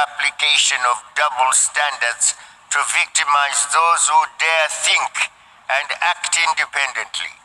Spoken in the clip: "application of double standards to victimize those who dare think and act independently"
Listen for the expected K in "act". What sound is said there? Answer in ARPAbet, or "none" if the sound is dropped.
K